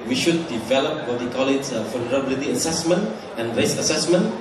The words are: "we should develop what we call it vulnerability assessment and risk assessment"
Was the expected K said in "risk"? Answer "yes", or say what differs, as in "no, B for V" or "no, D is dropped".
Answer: no, K is dropped